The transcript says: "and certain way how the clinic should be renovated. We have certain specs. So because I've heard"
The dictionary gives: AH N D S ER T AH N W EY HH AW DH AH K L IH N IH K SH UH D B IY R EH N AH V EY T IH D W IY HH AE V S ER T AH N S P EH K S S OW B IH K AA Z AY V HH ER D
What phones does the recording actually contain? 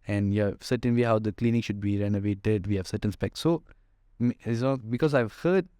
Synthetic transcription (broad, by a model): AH N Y S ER T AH N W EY HH AW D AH K L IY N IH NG SH UH D B IY R EH N AH V EY T IH D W IY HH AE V S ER T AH N S P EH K S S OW B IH K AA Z AY V HH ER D